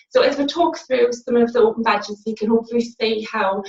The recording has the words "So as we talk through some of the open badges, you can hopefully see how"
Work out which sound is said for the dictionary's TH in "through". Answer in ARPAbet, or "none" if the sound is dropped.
TH